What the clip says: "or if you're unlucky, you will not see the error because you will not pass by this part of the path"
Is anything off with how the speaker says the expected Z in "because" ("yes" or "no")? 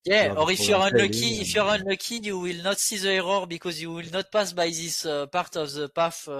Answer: no